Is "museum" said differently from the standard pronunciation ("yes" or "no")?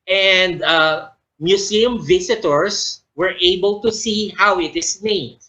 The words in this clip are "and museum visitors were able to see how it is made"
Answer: yes